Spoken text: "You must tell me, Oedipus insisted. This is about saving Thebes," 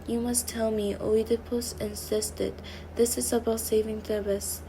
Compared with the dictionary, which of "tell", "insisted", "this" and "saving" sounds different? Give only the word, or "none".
none